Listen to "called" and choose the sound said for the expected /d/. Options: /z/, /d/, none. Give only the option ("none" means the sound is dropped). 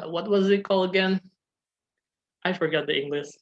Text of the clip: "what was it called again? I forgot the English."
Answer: none